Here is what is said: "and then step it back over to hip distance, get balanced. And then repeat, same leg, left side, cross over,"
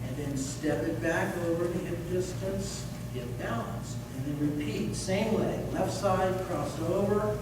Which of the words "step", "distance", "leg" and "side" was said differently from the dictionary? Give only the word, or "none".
leg